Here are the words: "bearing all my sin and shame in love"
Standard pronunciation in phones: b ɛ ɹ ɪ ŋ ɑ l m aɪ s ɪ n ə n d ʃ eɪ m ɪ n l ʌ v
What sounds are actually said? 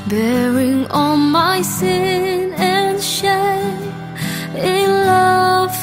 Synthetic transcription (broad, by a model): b ɛ ɹ ɪ ŋ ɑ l m aɪ s ɪ n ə n ʃ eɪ ɪ n l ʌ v